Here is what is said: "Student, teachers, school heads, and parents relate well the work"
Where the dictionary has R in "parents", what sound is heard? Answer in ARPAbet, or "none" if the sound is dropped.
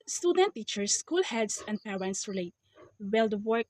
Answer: W